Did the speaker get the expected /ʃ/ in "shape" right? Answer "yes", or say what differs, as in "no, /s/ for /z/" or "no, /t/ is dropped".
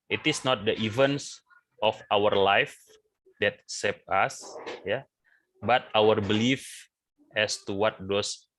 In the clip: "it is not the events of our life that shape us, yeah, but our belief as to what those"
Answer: no, /s/ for /ʃ/